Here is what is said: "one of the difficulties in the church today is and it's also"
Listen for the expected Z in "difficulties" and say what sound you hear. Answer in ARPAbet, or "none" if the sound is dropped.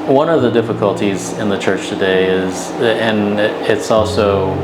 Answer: Z